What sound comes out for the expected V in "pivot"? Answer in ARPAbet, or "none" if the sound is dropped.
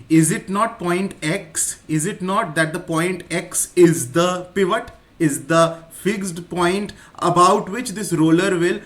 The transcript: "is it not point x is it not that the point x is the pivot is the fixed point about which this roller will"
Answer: V